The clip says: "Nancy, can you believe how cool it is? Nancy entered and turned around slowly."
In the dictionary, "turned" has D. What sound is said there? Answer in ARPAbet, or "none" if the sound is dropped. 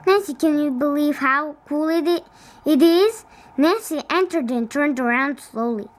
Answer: D